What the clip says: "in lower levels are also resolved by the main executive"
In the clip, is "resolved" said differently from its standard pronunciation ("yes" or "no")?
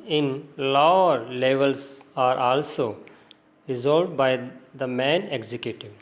yes